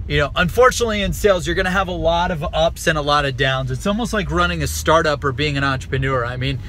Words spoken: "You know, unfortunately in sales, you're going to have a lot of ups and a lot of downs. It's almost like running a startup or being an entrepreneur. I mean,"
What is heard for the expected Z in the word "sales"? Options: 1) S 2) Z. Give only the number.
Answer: 2